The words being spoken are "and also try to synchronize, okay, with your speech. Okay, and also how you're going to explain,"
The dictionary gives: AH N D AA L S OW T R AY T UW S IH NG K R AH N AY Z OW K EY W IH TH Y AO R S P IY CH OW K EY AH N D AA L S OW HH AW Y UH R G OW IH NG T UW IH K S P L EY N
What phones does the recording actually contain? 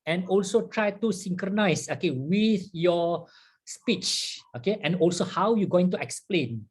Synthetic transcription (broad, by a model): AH N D AA L S OW T R AY T UW S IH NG K R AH N AY S OW K EY W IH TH Y AO S P IY CH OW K EY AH N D AA L S OW HH AW Y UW G OW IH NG T UW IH K S P L EY N